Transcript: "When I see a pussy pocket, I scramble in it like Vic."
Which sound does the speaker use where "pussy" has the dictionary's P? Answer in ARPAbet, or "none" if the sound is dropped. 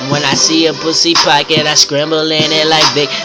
B